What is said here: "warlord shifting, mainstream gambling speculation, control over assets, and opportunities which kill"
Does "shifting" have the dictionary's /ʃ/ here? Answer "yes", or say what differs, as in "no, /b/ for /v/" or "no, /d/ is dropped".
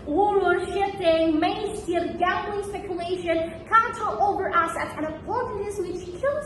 yes